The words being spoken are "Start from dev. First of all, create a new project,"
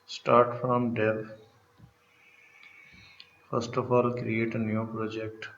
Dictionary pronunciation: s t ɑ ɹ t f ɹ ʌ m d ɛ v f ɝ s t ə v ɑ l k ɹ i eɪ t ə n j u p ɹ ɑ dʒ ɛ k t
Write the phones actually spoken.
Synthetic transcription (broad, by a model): s t ɑ ɹ t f ɹ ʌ m d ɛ p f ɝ s t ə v ɑ l k ɹ i eɪ t ə n j u p ɹ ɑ dʒ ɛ k t